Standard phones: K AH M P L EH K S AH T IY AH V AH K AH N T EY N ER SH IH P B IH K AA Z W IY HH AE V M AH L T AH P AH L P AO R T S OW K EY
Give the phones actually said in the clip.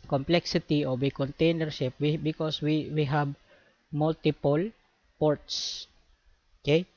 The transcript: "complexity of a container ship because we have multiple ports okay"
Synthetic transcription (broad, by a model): K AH M P L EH K S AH T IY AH W AH K AH N T EY N ER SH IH P B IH K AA S W IY HH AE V M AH L T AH P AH L P AO R T S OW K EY